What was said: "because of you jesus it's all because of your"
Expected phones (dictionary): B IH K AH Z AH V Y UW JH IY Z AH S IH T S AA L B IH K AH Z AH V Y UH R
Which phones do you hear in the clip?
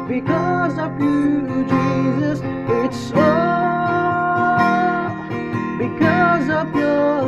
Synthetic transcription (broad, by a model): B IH K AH Z AH V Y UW JH IY Z AH S IH T S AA B IH K AH Z AH V Y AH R